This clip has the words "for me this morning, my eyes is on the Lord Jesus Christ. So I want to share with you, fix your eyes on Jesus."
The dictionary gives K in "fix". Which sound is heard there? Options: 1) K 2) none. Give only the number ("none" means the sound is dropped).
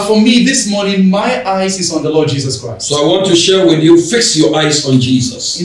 1